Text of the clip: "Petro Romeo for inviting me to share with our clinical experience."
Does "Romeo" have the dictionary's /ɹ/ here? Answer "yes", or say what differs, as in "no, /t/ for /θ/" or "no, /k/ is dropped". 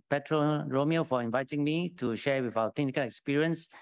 yes